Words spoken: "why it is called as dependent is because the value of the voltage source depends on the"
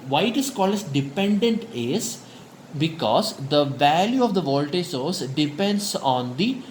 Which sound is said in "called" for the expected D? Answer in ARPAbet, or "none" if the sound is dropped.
none